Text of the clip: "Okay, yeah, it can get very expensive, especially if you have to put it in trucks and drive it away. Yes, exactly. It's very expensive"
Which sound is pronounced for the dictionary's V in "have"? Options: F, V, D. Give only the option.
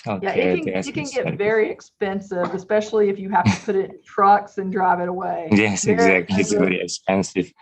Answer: F